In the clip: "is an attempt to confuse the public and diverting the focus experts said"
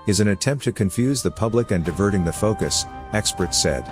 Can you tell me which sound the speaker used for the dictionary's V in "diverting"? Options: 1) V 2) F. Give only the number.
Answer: 1